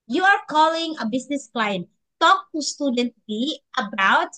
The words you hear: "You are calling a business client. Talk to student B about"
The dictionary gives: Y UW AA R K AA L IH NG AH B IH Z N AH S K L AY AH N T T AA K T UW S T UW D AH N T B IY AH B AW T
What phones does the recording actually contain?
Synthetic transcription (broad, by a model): Y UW AA R K AA L IH NG AH B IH S N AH S K L AY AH N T T AA K T UW S T UW D AH N T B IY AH B AW T